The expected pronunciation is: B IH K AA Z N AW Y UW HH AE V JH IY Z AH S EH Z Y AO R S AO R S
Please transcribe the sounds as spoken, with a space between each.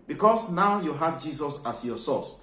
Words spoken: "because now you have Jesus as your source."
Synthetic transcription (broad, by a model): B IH K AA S N AW Y UW HH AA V JH IY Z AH S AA S Y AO S AO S